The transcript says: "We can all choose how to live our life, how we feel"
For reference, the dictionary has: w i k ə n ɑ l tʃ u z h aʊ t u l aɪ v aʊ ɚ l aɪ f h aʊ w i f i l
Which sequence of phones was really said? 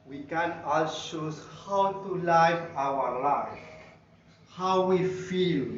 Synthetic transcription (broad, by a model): w i k ə n ɑ l ʃ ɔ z h aʊ t u l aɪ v aʊ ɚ l aɪ f h aʊ w i f i l